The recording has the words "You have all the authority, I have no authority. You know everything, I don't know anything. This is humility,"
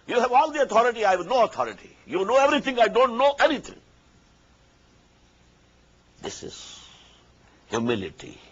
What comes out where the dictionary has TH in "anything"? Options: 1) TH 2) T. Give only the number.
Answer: 2